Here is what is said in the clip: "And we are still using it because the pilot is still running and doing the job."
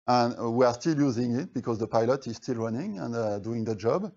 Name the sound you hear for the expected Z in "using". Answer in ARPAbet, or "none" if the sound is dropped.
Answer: Z